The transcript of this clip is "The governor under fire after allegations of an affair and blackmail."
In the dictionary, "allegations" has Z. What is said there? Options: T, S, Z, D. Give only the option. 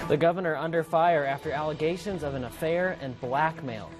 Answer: Z